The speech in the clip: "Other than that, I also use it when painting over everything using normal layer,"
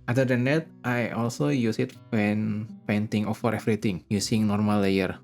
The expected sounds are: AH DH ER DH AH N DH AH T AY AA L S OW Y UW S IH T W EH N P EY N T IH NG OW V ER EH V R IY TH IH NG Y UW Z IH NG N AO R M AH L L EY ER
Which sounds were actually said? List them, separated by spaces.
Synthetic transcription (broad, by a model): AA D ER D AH N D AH T AY AA L S OW Y UW S IH T W EH N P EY N T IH NG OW F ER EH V R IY T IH NG Y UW S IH NG N AO R M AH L L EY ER